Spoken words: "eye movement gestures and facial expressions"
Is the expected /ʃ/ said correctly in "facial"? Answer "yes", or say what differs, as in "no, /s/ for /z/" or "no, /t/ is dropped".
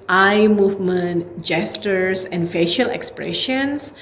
yes